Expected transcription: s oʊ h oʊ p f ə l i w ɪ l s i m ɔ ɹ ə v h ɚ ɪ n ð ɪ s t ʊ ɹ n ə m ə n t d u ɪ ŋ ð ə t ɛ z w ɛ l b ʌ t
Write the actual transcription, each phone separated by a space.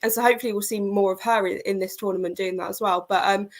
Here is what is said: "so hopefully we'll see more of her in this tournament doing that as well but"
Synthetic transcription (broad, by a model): s oʊ h oʊ p f ə l i w ɪ l s i m ɔ ɹ ə v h ɚ ɪ n ð ɪ s t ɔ n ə m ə n d u ɪ ŋ ð ə t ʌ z w ɛ l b ʌ t